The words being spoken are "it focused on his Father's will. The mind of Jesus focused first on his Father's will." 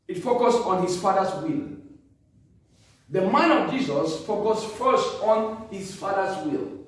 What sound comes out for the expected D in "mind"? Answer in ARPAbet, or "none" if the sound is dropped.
none